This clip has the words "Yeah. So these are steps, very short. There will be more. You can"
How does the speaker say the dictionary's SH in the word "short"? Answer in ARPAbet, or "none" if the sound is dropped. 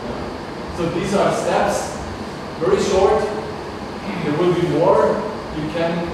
SH